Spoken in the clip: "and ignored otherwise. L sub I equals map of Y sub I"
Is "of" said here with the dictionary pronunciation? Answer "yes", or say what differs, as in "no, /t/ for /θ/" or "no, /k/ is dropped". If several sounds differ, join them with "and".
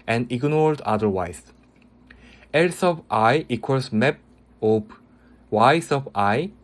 no, /p/ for /v/